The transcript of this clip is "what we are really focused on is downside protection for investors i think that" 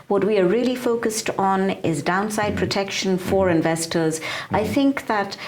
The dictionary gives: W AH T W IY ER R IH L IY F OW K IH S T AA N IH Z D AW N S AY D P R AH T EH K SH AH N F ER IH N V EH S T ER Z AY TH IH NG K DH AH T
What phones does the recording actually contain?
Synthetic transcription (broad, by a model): W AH T W IY ER R IH L IY F OW K IH S T N IH Z D AW N S AY D P R AH T EH K SH AH N F ER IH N V EH S T ER Z AY TH IH NG K DH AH T